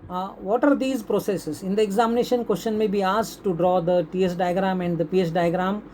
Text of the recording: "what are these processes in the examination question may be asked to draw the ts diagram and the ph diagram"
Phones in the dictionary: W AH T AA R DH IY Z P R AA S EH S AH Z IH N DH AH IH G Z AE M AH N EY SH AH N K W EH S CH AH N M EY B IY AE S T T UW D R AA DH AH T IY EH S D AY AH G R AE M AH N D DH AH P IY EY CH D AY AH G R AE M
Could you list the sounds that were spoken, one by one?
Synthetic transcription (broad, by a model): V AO T AA R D IY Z P R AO S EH S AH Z IH N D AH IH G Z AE M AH N EY SH AH N K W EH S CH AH N M EY B IY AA S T T UW D R AA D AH T IY EH S D AY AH G R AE M AH N D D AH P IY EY S D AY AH G R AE M